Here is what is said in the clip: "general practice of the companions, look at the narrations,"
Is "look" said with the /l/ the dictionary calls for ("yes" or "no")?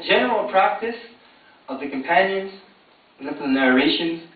no